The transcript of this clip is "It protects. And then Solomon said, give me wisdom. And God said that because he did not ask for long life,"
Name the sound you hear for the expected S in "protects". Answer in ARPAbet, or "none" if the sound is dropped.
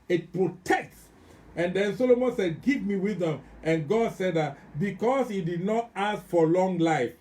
S